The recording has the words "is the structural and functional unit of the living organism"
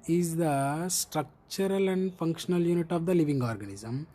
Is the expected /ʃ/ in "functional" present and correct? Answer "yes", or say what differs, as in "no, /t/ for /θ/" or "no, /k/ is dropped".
yes